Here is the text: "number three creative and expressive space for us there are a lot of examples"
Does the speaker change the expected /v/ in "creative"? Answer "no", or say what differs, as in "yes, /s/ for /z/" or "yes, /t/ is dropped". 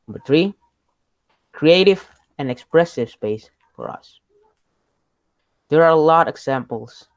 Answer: no